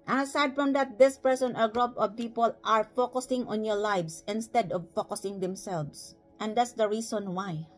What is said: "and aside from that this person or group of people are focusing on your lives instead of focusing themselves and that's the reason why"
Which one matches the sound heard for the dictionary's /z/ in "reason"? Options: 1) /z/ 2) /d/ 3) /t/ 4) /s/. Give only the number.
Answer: 4